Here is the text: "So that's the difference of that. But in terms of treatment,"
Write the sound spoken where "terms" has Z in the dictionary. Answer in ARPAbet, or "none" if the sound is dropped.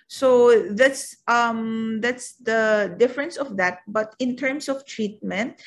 S